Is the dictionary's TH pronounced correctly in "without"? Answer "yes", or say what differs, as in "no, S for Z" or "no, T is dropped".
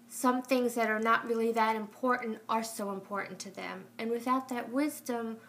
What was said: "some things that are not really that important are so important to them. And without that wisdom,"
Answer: yes